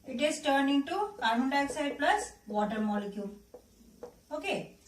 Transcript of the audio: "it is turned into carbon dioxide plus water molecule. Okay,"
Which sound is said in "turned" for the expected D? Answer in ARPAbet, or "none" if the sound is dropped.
none